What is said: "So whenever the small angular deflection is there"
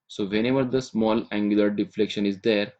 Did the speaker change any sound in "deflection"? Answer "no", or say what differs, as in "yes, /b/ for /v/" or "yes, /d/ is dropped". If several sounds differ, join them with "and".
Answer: no